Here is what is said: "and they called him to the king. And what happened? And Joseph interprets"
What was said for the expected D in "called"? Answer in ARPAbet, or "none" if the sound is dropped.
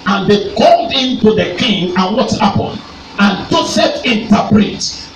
D